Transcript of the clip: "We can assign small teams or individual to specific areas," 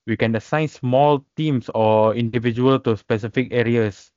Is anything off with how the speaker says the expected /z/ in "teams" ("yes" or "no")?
yes